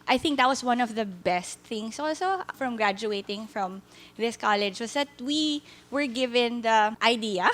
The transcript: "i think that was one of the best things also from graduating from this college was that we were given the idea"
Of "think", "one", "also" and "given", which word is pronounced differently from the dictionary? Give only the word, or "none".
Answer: none